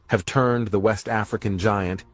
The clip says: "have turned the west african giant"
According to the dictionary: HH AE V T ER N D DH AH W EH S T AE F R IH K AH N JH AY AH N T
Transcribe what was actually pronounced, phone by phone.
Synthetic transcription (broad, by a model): HH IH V T ER N DH AH W EH S T AE F R IH K AH N JH AY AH N T